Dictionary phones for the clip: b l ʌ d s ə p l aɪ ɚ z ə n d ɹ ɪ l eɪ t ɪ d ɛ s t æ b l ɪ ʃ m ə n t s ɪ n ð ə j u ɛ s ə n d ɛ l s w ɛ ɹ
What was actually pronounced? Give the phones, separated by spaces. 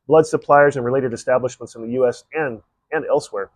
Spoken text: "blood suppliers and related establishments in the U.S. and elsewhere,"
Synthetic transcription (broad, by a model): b l ʌ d s ə p l aɪ ɚ z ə n ɹ ɪ l eɪ t ɪ d ɛ s t æ b l ɪ ʃ m ə n t s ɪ n ð ə j u ɛ s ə n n ɛ l s w ɛ ɹ